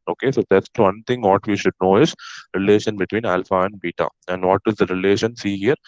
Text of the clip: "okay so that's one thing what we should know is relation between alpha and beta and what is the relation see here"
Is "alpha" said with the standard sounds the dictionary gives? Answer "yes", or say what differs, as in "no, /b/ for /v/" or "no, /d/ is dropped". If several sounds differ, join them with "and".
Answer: yes